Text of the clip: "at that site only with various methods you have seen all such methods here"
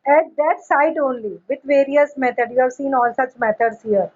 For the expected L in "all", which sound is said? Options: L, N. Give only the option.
L